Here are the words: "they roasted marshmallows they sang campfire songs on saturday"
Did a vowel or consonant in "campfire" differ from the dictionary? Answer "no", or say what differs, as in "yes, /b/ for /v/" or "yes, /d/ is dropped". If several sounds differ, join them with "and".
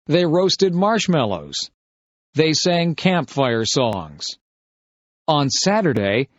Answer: no